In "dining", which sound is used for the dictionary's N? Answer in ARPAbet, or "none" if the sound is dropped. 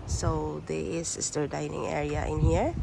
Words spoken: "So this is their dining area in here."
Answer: N